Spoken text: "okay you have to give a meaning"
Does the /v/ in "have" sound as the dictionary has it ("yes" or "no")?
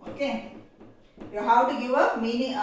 no